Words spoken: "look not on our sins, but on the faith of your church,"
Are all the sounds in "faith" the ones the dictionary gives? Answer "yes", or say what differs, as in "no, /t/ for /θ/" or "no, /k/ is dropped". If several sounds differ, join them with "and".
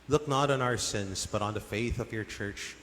yes